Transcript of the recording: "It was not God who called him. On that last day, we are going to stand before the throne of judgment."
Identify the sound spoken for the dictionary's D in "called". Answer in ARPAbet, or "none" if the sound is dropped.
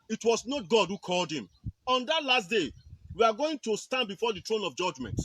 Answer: D